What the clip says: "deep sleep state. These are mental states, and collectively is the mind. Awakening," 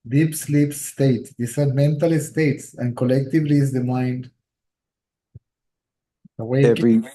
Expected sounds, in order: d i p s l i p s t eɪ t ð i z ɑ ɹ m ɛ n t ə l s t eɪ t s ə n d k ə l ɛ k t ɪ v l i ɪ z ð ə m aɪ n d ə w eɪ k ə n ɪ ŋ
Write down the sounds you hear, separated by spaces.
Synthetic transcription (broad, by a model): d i p s l i p s t eɪ t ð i s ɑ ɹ m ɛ n t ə l s t eɪ t s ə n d k ə l ɛ k t ɪ v l i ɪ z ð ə m aɪ n d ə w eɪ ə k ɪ